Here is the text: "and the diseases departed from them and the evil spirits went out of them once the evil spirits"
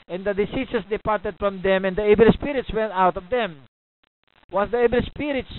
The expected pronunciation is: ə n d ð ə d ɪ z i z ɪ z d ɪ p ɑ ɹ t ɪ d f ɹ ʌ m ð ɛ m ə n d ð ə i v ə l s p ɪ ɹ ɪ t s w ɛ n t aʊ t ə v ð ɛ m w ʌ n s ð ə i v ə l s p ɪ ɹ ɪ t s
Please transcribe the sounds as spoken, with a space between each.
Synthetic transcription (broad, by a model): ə n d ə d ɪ s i s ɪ s d ɪ p ɑ ɹ t ɪ d f ɹ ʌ m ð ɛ m ə n d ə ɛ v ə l s p ɪ ɹ ɪ t s w ɛ n t aʊ t ə v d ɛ m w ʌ s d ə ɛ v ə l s p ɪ ɹ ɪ t s